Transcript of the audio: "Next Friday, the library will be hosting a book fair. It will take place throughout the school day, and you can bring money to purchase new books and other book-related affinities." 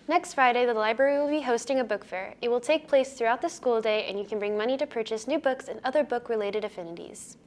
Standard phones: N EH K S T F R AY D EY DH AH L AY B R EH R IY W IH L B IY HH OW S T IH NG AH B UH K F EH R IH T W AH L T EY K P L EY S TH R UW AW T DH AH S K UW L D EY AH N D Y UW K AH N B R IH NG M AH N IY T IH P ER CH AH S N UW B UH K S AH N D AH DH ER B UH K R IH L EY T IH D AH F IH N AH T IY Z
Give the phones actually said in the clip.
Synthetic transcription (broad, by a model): N EH K S T F R AY D EY DH AH L AY B R EH R IY W IH L B IY HH OW S T IH NG AH B UH K F EH R IH T W AH L T EY K P L EY S TH R UW AW T DH AH S K UW L D EY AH N Y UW K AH N B R IH NG M AH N IY T IH P ER CH AH S N UW B UH K S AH N AH DH ER B UH K R IH L EY T IH D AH F IH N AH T IY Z